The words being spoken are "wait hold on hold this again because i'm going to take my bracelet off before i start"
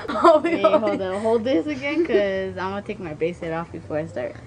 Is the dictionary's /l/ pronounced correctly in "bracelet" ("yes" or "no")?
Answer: no